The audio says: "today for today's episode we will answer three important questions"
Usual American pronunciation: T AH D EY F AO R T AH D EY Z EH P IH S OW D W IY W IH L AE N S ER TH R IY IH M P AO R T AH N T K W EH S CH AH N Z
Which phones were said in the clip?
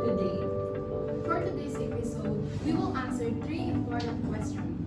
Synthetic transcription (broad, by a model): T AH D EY F AO R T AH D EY S EH P IH S OW D W IY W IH L AE N S ER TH R IY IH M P AO R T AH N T K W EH S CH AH N